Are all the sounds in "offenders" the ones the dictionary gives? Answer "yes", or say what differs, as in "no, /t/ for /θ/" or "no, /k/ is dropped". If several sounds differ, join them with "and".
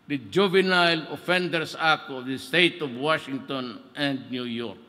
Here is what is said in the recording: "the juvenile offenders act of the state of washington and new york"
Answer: no, /s/ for /z/